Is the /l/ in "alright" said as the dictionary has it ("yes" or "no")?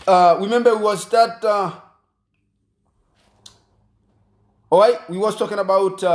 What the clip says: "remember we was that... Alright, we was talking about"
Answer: no